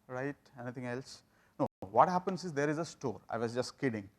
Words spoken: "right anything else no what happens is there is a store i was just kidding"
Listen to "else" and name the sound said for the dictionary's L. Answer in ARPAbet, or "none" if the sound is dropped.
L